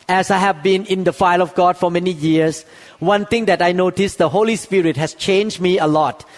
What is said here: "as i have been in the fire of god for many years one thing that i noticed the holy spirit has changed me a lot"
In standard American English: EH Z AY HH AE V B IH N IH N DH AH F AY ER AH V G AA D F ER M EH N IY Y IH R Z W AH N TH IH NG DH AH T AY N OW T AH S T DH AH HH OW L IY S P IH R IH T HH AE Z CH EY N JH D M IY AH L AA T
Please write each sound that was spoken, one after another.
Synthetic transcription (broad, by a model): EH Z AY HH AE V B IH N IH N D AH F AY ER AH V G AA D F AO M EH N IY Y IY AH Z W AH N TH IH NG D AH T AY N OW T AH S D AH HH OW L IY S P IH R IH T HH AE S CH EY N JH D M IY AH L AA T